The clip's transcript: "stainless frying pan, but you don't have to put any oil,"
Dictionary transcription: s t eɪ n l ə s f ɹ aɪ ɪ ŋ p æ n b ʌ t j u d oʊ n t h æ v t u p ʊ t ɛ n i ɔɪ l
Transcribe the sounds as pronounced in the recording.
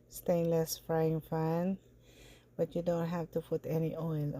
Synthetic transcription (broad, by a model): s t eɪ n l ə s f ɹ aɪ ɪ ŋ f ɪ n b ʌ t j u d oʊ n t h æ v t u p ʊ t ɛ n i ɔɪ l